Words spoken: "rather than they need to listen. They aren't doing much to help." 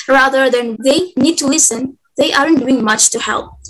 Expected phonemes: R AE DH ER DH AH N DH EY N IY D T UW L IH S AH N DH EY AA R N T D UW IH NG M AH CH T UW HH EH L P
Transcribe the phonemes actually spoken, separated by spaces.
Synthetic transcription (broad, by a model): R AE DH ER DH AH N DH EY N IY D T UW L IH S AH N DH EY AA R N D UW IH NG M AH CH T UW HH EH L P